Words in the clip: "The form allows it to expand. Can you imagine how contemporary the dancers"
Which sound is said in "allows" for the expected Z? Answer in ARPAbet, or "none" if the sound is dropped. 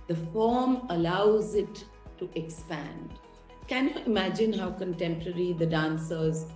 Z